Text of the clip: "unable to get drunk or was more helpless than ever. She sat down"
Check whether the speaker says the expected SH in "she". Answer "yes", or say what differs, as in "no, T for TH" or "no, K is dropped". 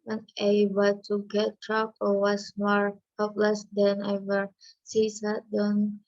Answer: no, S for SH